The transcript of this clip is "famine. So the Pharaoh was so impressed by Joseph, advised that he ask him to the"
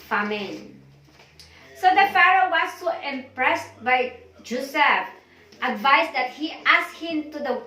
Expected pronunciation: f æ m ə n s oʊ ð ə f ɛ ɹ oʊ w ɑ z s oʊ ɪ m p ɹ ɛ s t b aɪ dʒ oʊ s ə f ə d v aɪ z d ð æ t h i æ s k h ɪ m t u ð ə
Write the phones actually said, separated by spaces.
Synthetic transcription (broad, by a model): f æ m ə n s oʊ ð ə f ɛ ɹ oʊ w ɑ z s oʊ ɪ m p ɹ ɛ s t b aɪ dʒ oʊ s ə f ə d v aɪ s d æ t h i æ s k h ɪ m t u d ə